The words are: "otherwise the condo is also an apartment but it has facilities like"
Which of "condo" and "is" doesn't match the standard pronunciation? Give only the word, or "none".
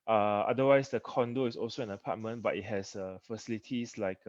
is